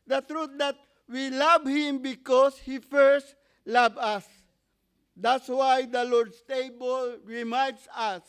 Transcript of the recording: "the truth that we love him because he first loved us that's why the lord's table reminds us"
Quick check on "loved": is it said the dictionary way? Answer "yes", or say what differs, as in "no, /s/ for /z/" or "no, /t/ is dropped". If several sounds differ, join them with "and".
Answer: no, /d/ is dropped